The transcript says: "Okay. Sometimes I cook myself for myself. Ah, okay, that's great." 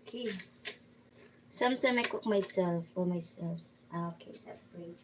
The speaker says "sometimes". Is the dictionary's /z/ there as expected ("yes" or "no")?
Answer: no